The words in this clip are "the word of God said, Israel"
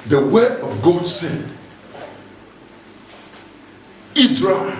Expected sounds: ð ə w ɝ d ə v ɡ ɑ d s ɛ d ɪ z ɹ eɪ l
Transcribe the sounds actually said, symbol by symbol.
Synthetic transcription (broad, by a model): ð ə w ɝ ə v ɡ ɑ d s ɛ d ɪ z ɹ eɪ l